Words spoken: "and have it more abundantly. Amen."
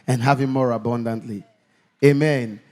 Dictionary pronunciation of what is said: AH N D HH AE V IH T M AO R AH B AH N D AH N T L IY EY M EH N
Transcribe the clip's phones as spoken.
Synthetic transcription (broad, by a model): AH N HH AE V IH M M AO R AH B AH N D AH N T L IY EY M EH N